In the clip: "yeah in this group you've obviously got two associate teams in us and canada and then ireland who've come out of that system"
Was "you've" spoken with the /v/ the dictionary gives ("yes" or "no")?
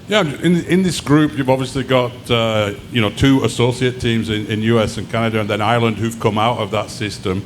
yes